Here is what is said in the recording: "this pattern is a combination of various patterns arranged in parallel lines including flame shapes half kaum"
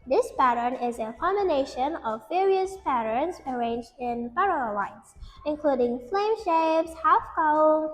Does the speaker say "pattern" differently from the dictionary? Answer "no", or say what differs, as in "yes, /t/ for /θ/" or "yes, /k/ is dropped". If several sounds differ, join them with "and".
no